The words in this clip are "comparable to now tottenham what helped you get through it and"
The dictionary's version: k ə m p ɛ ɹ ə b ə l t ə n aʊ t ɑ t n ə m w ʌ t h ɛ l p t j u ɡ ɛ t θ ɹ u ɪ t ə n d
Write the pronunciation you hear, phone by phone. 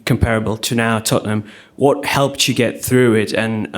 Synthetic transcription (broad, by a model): k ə m p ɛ ɹ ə b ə l t ə n aʊ t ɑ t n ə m w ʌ t h ɛ l p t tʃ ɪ ɡ ɛ t θ ɹ u ɪ t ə n